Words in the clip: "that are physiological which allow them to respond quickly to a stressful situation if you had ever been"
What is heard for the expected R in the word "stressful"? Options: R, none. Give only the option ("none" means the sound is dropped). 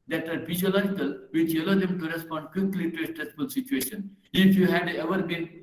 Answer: R